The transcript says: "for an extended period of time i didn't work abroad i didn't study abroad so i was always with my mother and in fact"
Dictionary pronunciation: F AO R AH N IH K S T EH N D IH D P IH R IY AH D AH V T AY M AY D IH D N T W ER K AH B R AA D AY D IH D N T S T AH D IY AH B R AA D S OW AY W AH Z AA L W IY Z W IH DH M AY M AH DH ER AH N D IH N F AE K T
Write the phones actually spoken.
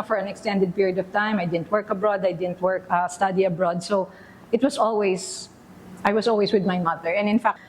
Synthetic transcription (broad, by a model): F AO R AH N IH K S T EH N D IH D P IH R IY AH D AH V T AY M AY D IH D N T W ER K AH B R AA D AY D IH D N T S T AH D IY AH B R AA D S OW AY W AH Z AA L W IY S W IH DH M AY M AH DH ER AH N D IH N F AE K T